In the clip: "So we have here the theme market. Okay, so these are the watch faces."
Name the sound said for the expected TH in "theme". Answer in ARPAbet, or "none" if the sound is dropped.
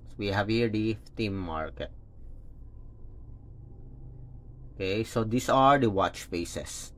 F